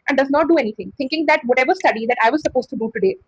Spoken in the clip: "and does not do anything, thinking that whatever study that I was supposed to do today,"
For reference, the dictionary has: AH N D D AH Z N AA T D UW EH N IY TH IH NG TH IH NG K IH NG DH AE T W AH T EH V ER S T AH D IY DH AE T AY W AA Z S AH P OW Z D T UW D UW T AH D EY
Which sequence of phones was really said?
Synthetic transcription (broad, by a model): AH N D D AH Z N AA T D UW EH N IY T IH NG T IH NG K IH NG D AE T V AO T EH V ER S T AH D IY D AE T AY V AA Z S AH P OW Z T UW D UW T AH D EY